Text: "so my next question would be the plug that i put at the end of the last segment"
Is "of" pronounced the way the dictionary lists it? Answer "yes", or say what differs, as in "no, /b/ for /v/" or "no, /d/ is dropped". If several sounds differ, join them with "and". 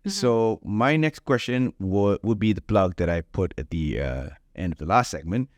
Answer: yes